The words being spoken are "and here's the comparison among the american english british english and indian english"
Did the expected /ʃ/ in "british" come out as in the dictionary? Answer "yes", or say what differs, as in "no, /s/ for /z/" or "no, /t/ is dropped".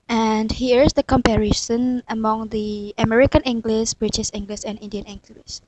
no, /s/ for /ʃ/